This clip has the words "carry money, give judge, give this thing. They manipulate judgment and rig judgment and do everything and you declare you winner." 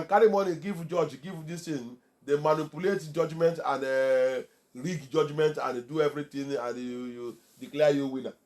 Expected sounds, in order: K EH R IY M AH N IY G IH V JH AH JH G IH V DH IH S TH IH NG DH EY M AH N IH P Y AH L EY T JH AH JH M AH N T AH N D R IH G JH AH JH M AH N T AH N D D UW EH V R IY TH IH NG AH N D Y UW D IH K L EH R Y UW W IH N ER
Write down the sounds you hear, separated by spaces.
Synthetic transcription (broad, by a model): K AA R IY M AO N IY G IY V JH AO JH G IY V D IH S T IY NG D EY M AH N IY P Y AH L EY T JH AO JH M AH N T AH N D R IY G JH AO JH M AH N T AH N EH D UW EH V R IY T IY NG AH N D Y UW D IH K L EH Y UW W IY N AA